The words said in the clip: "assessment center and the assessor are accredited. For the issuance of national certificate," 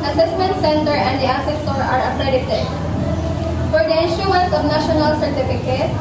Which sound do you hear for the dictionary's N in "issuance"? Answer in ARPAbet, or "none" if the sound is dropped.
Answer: none